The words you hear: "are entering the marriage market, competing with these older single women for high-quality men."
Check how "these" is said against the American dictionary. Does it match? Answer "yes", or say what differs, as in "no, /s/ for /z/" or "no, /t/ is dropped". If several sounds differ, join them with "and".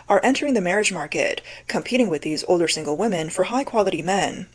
yes